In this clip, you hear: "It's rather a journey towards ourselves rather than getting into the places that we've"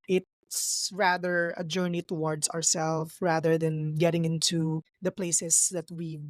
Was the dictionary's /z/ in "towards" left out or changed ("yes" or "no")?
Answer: yes